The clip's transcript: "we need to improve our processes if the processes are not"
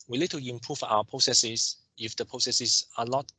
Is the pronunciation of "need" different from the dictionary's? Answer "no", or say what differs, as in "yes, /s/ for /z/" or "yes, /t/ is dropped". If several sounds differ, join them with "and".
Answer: yes, /l/ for /n/